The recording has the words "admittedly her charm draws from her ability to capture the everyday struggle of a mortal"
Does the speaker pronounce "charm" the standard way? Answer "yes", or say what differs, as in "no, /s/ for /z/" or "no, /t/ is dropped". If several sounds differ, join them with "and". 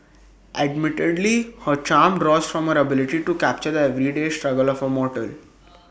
yes